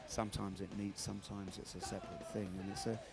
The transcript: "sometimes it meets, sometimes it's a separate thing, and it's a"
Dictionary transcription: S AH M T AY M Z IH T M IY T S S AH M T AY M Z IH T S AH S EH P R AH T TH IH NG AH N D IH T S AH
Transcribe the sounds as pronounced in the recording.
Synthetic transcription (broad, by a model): S AH M T AY M Z IH T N IY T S S AH M T AY M Z IH T S AH S EH P R AH T TH IH NG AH N IH T S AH